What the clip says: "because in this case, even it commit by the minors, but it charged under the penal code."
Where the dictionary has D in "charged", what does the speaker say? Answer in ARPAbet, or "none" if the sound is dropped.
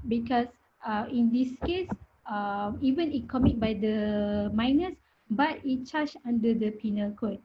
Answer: none